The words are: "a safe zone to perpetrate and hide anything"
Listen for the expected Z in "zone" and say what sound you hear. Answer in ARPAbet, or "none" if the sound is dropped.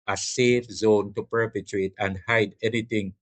Z